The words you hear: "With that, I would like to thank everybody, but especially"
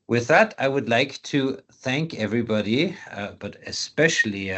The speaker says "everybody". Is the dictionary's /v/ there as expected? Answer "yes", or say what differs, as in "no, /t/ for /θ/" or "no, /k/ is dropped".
yes